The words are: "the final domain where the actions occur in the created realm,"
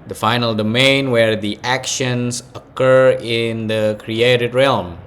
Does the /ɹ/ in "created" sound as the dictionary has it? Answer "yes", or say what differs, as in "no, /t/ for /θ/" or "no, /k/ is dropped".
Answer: yes